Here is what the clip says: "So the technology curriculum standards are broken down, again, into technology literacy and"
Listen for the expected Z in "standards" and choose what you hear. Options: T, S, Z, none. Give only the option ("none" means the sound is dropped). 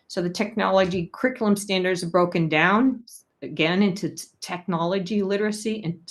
Z